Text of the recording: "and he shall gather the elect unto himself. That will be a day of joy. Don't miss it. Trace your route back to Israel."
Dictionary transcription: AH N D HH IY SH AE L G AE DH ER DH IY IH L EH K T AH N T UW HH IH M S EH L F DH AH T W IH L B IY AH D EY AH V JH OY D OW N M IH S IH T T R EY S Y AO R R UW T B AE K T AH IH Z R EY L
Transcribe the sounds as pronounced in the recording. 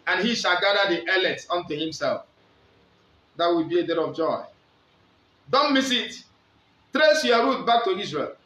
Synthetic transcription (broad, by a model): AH N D HH IY SH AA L G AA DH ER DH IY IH L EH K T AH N T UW HH IH M S EH L F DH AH T W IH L B IY AH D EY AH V JH OY D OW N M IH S IH T T R EY S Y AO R R UW T B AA K T AH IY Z R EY L